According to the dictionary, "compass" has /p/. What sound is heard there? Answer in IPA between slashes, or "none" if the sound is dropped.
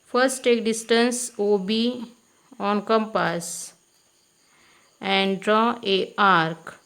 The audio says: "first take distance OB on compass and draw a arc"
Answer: /p/